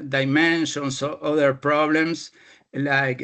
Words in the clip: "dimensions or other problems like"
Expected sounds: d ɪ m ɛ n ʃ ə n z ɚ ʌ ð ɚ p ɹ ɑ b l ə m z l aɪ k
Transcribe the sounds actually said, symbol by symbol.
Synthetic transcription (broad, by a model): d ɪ m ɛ n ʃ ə n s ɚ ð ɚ p ɹ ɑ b l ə m s l aɪ k